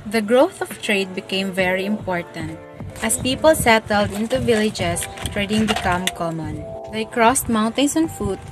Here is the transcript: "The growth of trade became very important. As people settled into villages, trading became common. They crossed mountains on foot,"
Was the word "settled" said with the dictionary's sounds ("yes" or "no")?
yes